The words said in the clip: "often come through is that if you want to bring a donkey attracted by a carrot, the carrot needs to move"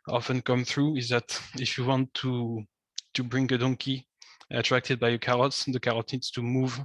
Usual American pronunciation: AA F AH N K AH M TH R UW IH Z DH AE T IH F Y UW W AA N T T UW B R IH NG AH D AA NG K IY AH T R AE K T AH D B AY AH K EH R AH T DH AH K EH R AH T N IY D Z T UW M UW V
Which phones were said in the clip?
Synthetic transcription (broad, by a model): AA F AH N K AH M TH R UW IH Z DH AE T IH F Y UW W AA N T T UW B R IH NG AH D AA NG K IY AH T R AE K T AH D B AY AH K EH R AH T DH AH K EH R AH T N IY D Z T UW M UW V